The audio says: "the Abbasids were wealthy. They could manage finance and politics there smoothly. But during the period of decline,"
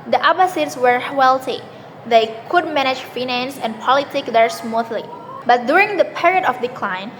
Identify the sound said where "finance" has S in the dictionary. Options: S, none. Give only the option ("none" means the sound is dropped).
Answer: S